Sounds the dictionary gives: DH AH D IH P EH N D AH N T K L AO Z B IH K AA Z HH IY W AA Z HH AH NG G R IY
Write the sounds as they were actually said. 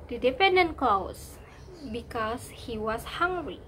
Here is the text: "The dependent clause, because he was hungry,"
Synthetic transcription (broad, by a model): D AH D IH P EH N D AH N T K L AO S B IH K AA S HH IY W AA S HH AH NG G R IY